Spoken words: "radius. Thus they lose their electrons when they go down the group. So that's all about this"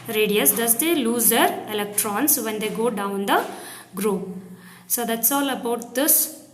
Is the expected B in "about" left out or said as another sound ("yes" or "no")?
no